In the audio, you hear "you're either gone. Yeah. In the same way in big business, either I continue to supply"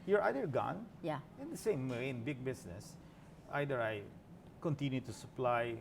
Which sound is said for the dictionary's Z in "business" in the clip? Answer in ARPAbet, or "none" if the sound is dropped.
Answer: S